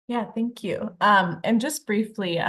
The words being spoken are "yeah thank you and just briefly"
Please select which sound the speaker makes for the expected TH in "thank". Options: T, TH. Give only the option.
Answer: TH